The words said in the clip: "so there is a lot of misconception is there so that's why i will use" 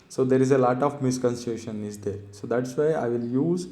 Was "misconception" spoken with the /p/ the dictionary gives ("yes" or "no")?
no